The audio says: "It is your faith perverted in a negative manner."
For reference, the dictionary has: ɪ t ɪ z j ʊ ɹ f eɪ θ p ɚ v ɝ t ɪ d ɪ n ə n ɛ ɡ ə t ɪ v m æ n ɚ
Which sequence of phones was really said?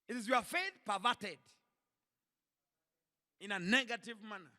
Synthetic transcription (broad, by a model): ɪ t ɪ z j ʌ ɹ f eɪ θ p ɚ v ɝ t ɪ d ɪ n ə n ɛ ɡ ə t ɪ v m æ n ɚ